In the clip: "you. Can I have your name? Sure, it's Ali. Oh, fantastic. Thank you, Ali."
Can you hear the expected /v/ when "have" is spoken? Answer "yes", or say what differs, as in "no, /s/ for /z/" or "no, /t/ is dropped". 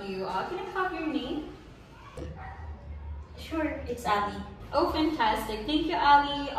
no, /p/ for /v/